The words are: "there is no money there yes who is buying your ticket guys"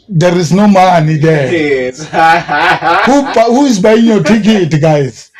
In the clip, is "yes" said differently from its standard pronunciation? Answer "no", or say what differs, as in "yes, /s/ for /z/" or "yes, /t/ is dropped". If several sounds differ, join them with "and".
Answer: yes, /s/ is dropped